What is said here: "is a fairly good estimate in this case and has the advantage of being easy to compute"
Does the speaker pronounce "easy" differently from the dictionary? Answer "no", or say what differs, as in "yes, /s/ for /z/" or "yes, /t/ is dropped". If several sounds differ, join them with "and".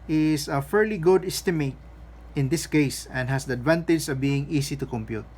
yes, /s/ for /z/